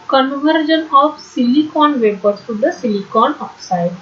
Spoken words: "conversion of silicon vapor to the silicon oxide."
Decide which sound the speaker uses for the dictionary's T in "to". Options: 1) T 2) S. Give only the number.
2